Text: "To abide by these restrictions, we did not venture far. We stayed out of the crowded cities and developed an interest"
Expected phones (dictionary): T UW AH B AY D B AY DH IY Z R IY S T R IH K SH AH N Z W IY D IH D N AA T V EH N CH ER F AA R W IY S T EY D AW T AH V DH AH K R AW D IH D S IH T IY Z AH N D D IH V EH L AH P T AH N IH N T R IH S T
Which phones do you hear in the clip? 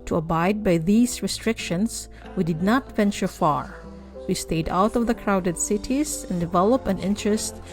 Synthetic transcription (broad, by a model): T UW AH B AY D B AY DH IY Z R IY S T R IH K SH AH N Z W IY D IH D N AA T V EH N CH ER F AA R W IY S T EY D AW T AH V DH AH K R AW D IH D S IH T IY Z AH N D D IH V EH L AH P AH N IH N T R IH S T